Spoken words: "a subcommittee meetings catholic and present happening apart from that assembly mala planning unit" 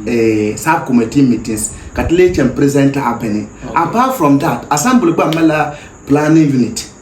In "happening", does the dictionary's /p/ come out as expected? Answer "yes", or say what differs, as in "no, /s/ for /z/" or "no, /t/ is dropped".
no, /b/ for /p/